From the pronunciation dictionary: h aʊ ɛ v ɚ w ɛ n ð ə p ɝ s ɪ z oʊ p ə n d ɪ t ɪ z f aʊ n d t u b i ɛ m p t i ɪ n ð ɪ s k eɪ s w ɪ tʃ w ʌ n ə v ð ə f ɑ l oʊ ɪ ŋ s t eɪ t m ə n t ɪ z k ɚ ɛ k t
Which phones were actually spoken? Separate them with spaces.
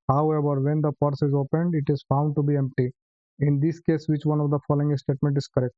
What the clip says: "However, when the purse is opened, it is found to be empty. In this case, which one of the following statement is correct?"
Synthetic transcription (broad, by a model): h aʊ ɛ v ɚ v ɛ n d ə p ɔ s ɪ z oʊ p ə n d ɪ t ɪ z f aʊ n d t u b i ɛ m p t i ɪ n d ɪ s k eɪ s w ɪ tʃ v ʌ n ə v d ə f ɑ l oʊ ɪ ŋ s t eɪ t m ə n t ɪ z k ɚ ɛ k t